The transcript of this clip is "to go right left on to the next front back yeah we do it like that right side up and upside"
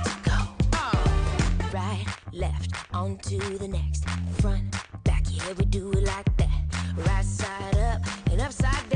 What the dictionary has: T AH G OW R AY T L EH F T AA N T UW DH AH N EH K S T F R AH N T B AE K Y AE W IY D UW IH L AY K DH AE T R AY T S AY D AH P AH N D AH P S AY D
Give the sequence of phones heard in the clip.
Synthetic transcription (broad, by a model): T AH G OW R AY T L EH F T AA N T UW DH AH N EH K S T F R AH N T B AE K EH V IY D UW IH L AY K DH AE T R AY T S AY D AH P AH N AH P S AY D